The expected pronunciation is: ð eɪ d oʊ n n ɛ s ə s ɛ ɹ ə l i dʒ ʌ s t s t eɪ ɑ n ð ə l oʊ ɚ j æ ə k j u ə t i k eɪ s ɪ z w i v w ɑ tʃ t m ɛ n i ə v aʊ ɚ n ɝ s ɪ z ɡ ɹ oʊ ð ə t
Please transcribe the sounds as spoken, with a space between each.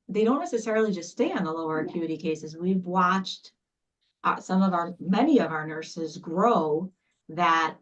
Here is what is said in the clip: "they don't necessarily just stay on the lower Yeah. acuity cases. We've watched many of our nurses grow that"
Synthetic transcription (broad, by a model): ð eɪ d oʊ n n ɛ s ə s ɛ ɹ l i dʒ ʌ s t s t eɪ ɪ n ð ə l oʊ ɚ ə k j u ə t i k eɪ s ɪ z w i v w ɑ tʃ t m ɛ n i ə v aʊ ɚ n ɝ s ɪ z ɡ ɹ oʊ ð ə t